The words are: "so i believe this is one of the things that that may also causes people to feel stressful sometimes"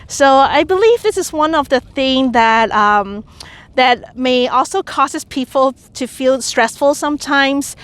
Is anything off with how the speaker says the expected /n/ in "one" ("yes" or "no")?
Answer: no